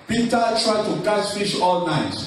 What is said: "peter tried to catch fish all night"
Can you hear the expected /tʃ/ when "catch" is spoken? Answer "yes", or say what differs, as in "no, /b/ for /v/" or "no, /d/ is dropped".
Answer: no, /s/ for /tʃ/